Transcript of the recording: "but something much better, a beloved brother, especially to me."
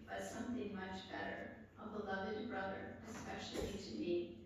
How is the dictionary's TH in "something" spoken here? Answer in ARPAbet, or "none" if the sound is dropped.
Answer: TH